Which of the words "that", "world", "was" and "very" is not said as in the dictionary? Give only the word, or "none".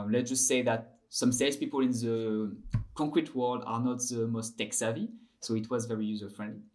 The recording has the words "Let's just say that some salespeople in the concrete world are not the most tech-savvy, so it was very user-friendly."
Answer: none